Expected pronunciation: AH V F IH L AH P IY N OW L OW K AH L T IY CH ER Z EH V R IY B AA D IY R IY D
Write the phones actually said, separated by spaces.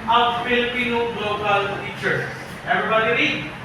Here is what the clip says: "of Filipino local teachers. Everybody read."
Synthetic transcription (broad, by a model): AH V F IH L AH P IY N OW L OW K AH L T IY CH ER EH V R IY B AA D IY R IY